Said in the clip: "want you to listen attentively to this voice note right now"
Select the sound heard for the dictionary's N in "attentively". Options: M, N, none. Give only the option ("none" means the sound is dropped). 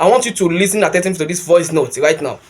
none